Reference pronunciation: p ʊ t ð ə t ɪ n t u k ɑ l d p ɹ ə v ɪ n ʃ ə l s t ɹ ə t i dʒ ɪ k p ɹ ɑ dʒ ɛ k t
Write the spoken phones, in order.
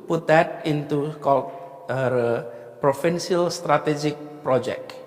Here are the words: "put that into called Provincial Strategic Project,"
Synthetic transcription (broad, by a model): p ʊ t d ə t ɪ n t u k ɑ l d p ɹ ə f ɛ n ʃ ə l s t ɹ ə t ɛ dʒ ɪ k p ɹ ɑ dʒ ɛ k